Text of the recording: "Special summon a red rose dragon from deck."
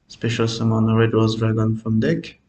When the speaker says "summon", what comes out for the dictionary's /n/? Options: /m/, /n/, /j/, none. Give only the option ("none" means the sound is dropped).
/n/